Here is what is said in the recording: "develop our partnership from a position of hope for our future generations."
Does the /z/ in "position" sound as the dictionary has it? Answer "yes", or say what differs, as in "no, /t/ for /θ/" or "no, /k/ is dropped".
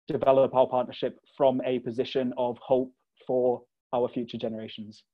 yes